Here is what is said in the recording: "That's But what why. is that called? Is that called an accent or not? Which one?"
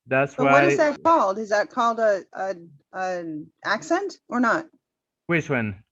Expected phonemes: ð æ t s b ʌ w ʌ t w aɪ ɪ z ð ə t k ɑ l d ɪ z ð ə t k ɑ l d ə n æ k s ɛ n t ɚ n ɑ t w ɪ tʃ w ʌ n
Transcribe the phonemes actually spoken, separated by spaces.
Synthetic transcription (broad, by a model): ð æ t s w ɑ w ʌ t ɪ z ð ə t k ɑ l d ɪ z ð ə t k ɑ l d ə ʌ æ k s ɛ n t ɚ n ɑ t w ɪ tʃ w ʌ n